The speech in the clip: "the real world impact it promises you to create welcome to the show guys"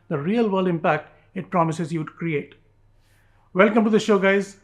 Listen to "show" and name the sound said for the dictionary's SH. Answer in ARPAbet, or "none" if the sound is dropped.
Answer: SH